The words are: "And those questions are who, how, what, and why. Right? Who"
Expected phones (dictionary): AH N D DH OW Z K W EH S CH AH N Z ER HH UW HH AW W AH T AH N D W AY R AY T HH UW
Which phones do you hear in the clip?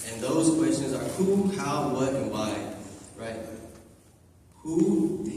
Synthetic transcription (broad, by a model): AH N DH OW Z K W EH S CH AH N Z ER HH UW HH AW W AH T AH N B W AY R AY T HH UW